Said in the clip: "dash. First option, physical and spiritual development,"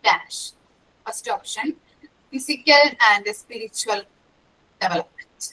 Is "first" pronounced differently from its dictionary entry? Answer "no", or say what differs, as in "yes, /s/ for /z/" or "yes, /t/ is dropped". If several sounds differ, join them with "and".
yes, /p/ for /f/